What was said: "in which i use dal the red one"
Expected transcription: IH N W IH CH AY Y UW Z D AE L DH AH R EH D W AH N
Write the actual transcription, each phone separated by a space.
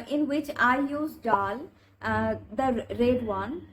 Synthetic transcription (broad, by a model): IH N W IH CH AY Y UW Z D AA L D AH R EH D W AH N